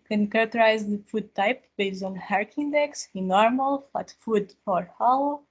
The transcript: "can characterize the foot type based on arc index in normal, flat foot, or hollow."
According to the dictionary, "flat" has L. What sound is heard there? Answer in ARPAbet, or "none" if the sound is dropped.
none